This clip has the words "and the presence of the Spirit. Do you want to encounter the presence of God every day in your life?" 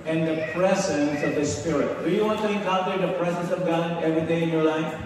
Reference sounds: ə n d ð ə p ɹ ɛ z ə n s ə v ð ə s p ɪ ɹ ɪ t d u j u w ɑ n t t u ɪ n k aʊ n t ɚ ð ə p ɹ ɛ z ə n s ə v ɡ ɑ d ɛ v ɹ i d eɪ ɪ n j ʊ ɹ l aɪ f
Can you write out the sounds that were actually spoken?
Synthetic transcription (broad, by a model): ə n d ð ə p ɹ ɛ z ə n s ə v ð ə s p ɪ ɹ ɪ t d u j u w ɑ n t t u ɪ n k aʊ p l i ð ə p ɹ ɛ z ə n s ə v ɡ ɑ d ɛ v ɹ i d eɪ ɪ n j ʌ ɹ l aɪ f